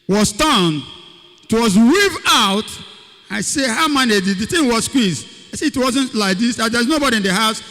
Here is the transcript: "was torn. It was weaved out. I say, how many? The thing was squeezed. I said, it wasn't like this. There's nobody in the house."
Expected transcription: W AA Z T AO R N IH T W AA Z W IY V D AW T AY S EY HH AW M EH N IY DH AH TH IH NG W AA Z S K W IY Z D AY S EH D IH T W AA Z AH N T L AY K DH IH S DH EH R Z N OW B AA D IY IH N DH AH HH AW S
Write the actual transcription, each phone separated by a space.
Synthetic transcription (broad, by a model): W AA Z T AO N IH T W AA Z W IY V AW T AY S EY HH AW M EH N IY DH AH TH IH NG W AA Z S K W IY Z AY S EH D IH T W AA Z AH N T L AY K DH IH S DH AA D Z N OW B AA D IY IH N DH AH HH AW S